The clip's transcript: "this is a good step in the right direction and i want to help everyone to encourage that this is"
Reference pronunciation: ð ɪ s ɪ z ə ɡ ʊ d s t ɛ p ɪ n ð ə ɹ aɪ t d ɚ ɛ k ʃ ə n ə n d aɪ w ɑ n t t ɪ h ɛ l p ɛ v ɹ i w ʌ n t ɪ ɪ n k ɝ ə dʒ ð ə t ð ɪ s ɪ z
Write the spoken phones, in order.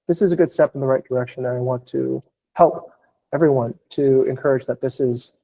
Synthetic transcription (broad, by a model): ð ɪ s ɪ z ə ɡ ʊ d s t ɛ p n ð ə ɹ aɪ t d ɚ ɛ k ʃ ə n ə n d aɪ w ɑ n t t ɪ h ɛ l p ɛ v ɹ i w ʌ n t ɪ ɪ n k ɝ ə dʒ ð ə t ð ɪ s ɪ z